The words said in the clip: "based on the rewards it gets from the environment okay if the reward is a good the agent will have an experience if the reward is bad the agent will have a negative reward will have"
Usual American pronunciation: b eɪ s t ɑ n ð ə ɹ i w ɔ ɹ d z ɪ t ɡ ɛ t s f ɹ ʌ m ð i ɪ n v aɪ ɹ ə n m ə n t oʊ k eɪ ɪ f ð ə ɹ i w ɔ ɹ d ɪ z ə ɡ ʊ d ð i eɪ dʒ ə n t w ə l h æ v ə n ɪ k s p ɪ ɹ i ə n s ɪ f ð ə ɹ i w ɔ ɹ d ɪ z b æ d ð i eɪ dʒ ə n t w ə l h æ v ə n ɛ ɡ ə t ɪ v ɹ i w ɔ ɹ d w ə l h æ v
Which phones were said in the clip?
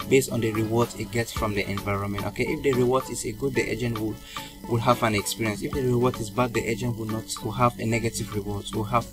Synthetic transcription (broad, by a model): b eɪ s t ɑ n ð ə ɹ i w ɔ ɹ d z ɪ t ɡ ɛ t s f ɹ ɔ m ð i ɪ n v aɪ ɹ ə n m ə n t oʊ k eɪ ɪ f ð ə ɹ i w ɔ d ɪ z ə ɡ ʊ d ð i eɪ dʒ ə n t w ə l h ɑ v ə n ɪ k s p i ɹ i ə n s ɪ f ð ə ɹ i w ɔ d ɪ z b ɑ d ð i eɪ dʒ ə n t w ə w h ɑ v ə n ɛ ɡ ə t ɪ v ɹ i w ɔ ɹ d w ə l h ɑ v